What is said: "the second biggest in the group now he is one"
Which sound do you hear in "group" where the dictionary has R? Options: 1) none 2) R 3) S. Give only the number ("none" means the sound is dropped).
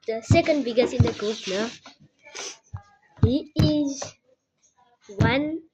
1